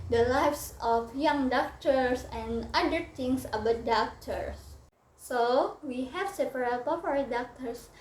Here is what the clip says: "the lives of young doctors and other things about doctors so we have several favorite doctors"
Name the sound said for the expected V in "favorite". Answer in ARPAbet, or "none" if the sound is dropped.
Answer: P